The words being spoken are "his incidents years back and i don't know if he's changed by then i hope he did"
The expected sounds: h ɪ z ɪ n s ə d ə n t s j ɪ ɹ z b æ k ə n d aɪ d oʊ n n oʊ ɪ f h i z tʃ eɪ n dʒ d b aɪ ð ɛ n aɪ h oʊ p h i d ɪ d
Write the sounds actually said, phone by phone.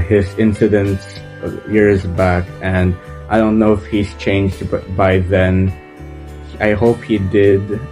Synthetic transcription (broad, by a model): h ɪ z ɪ n s ə d ə n t s j ɪ ɹ z b æ k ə n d aɪ d oʊ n n oʊ ɪ f h i z tʃ eɪ n dʒ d b aɪ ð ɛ n aɪ h oʊ p h i d ɪ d